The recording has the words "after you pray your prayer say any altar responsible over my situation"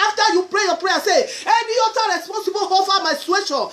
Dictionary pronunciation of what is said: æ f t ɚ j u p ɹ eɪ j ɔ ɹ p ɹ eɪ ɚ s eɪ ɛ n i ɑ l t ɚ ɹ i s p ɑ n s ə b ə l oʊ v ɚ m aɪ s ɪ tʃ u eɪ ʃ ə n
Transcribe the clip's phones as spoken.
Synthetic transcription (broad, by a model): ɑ f t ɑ j u p ɹ eɪ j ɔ p ɹ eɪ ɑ s eɪ ɛ n i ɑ t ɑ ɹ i s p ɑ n s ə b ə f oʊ f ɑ m aɪ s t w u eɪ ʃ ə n